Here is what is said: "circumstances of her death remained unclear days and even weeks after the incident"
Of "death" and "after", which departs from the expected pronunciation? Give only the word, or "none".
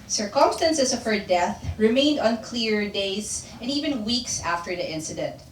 none